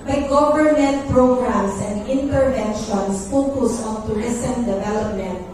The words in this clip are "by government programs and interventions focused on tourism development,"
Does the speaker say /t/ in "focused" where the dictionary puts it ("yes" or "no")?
no